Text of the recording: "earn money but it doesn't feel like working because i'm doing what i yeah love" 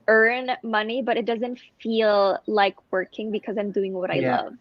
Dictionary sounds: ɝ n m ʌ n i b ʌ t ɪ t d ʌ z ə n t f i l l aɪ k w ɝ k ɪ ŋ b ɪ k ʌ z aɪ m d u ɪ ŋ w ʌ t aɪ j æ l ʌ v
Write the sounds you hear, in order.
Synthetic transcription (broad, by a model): ɝ n m ʌ n i b ʌ t ɪ t d ʌ z ə n t f i l l aɪ k w ɝ k ɪ ŋ b ɪ k ʌ z aɪ m d u ɪ ŋ w ʌ t aɪ l ʌ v